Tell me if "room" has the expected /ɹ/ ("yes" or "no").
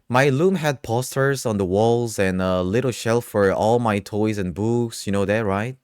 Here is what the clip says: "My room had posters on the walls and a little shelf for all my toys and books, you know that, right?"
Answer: no